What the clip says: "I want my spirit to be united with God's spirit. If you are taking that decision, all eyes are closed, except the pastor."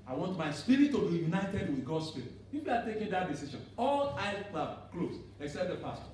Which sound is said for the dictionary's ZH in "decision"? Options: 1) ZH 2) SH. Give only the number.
2